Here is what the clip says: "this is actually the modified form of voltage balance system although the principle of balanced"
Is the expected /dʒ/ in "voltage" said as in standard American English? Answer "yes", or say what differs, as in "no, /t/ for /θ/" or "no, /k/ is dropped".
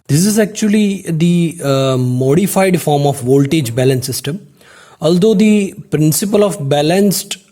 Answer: yes